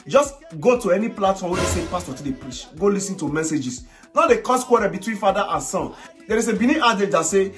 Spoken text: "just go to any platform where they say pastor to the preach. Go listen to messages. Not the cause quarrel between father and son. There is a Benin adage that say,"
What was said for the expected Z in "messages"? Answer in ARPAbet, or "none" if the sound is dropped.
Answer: S